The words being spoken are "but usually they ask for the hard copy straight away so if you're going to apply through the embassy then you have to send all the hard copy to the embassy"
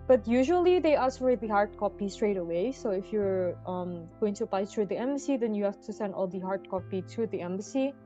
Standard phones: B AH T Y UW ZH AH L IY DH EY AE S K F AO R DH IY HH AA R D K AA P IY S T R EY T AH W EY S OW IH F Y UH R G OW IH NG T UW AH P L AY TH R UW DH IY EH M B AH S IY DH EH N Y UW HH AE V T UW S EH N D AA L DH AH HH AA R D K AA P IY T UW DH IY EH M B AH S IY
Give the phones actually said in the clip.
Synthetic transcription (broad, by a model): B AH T Y UW ZH AH L IY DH EY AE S F AO R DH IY HH AA R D K AA P IY S T R EY T AH W EY S OW IH F Y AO R G OW IH NG T UW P AY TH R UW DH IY EH M B AH S IY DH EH N Y UW HH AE F T UW S EH N D AA L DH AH HH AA R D K AA P IY T UW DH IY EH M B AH S IY